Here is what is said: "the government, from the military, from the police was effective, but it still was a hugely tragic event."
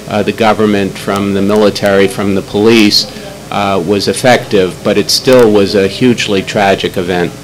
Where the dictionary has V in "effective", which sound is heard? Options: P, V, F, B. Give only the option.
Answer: V